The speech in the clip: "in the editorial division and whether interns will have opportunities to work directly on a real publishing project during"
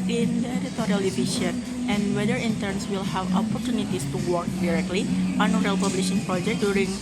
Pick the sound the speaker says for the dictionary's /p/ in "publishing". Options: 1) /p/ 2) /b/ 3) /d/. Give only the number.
1